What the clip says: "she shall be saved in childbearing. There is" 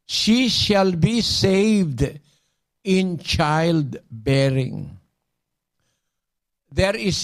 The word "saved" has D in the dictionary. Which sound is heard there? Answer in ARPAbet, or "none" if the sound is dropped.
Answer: D